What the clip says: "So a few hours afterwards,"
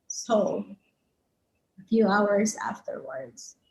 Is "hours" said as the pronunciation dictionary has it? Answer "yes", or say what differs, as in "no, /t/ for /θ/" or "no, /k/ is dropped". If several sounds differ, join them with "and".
yes